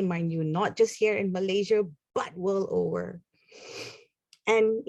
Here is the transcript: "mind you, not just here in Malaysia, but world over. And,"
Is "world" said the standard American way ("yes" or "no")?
no